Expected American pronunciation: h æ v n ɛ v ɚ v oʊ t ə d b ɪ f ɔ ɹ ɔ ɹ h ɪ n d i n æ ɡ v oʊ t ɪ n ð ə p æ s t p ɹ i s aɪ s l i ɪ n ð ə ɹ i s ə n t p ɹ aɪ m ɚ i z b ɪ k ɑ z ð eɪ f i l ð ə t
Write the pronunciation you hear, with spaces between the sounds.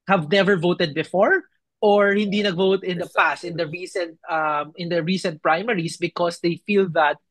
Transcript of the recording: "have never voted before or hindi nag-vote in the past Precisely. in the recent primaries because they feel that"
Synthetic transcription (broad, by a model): h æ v n ɛ v ɚ v oʊ t ə d b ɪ f ɔ ɹ ɔ ɹ h ɪ n d i n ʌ ɡ v oʊ t ɪ n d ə p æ s t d ɹ i s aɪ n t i ɪ n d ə ɹ i s ə n t p ɹ aɪ m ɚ i s b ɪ k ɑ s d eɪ f i l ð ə t